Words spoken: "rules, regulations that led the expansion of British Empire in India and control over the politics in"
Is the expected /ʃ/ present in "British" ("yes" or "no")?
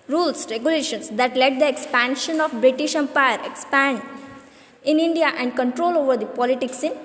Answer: yes